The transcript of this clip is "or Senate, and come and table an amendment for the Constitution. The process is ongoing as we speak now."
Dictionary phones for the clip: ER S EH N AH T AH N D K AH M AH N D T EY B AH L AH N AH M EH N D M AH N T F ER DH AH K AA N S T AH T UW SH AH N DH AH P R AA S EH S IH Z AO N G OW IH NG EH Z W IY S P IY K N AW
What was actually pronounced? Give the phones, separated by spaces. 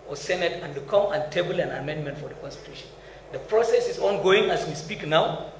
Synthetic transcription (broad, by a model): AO S EH N AH T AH N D K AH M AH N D T EY B AH L AH N AH M EH N D M AH N T F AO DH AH K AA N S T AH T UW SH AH N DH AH P R AA S EH S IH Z AO N G OW IH NG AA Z W IY S P IY K N AW